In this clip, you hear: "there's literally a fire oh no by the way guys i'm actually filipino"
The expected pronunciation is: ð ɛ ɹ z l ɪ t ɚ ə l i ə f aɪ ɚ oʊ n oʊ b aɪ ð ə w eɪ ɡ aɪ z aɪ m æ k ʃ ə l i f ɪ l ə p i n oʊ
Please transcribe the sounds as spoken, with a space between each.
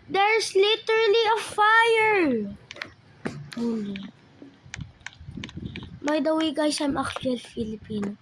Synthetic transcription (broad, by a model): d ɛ ɹ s l ɪ t ɚ ə l i ə f aɪ ɚ oʊ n b aɪ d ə w eɪ ɡ aɪ s aɪ m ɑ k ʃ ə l f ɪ l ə p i n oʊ